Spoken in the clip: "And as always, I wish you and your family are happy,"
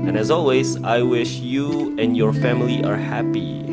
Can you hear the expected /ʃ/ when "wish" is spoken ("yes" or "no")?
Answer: yes